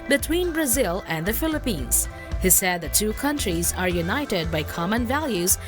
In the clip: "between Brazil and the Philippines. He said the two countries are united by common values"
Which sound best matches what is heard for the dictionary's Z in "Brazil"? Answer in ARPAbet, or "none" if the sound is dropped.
Z